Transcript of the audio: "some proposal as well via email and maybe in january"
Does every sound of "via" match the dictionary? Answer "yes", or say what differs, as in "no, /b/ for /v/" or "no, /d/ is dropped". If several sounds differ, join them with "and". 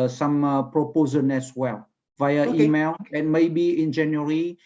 yes